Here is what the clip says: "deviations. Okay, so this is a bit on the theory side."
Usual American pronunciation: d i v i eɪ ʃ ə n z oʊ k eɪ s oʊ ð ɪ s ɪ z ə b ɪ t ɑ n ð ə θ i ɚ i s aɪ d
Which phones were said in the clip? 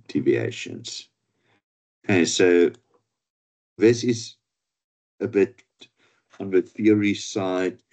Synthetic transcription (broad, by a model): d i v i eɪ ʃ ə n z oʊ k eɪ s oʊ ð ɪ s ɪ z ə b ɪ t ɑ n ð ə θ i ɚ i s aɪ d